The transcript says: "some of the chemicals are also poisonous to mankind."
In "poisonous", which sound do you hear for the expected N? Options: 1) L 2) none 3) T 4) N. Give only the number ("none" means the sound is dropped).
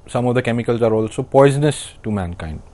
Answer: 4